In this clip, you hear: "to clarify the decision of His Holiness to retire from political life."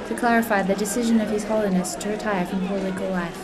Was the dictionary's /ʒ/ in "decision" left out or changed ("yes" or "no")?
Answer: no